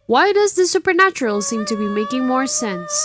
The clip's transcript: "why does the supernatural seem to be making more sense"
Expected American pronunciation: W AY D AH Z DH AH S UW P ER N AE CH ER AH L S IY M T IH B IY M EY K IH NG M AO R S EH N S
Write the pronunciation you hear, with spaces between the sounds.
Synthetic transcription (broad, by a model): W AY D AH Z DH AH S UW P ER N AE CH ER AH L S IY M T IH B IY M EY K IH NG M AO R S EH N S